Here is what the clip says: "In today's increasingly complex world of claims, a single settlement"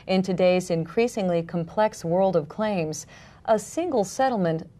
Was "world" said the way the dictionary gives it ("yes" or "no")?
yes